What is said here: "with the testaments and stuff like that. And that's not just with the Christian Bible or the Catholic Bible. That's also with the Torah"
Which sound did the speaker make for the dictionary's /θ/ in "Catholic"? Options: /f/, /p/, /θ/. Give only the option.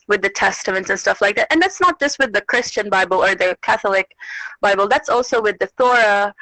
/θ/